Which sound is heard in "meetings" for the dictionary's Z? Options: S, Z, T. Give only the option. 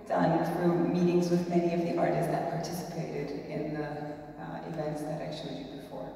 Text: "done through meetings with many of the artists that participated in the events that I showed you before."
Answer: Z